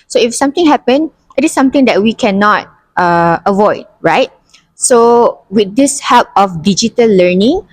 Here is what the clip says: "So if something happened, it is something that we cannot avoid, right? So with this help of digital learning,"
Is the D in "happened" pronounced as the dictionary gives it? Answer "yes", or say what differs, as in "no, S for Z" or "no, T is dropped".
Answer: no, D is dropped